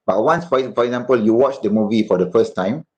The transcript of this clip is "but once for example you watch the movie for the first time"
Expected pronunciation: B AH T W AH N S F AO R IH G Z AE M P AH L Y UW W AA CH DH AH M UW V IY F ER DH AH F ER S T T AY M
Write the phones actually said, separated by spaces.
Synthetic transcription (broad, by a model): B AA T W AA N S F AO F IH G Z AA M P AH L Y UW W AA CH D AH M UW V IY F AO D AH F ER S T T AY M